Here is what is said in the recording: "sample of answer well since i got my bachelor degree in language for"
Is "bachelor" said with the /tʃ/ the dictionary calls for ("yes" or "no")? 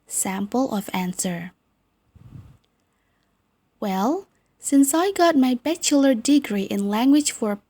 yes